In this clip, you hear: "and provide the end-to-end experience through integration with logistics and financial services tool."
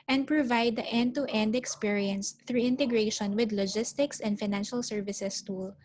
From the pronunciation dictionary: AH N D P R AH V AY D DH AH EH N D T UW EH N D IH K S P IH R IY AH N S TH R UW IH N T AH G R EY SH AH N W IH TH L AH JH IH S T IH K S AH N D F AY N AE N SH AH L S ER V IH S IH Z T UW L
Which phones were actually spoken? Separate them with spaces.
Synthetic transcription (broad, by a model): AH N D P R AH V AY D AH EH N D T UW EH N D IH K S P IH R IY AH N S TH R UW IH N T AH G R EY SH AH N W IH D L AH JH IH S T IH K S AH N D F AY N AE N SH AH L S ER V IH S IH S T UW L